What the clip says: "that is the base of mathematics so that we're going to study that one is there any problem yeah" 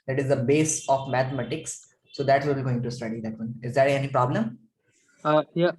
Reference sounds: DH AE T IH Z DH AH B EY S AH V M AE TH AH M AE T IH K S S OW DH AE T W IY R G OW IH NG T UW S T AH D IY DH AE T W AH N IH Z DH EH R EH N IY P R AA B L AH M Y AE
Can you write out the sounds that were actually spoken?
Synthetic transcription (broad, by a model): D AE T IH Z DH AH B EY S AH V M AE T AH M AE T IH K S S OW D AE T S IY L G OW IH NG T UW S T AH D IY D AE T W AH N IH Z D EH R EH N IY P R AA B L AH M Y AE